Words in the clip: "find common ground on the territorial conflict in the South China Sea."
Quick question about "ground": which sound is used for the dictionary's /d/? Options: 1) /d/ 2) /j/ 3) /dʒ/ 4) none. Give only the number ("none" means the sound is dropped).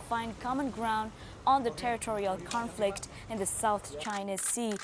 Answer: 1